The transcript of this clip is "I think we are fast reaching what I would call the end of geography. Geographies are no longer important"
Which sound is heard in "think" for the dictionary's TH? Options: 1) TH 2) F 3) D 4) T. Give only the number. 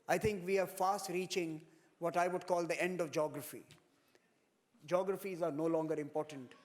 4